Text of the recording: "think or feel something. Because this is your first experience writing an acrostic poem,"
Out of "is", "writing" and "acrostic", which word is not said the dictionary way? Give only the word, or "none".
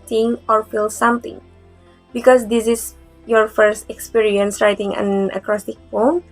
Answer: is